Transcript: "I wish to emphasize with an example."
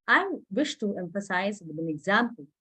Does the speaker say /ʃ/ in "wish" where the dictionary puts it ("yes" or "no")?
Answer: yes